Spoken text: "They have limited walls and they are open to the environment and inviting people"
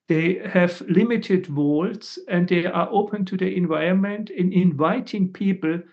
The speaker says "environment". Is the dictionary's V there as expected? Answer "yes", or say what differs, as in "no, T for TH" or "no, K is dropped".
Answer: yes